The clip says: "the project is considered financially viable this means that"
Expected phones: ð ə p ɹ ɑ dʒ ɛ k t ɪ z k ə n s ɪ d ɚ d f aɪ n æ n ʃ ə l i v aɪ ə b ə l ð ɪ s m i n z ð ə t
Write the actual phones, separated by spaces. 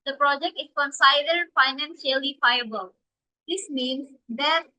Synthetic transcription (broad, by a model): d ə p ɹ ɑ dʒ ɛ k t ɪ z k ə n s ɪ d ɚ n f aɪ n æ n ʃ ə l i f aɪ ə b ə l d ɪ s m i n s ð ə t